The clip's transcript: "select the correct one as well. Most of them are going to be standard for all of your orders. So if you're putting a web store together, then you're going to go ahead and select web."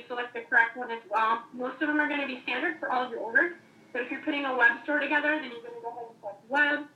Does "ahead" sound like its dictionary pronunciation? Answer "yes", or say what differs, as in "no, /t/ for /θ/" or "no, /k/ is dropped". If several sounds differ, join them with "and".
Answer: no, /d/ is dropped